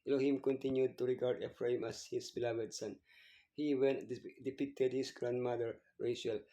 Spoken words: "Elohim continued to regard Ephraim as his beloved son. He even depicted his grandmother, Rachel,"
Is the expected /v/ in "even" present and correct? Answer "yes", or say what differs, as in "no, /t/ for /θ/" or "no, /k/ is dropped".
no, /w/ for /v/